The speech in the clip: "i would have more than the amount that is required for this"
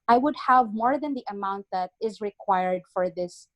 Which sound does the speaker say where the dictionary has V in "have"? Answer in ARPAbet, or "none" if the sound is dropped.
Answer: V